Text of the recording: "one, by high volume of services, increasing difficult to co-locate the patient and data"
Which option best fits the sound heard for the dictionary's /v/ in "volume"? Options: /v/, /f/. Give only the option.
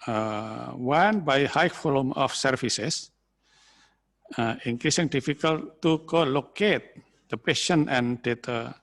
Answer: /f/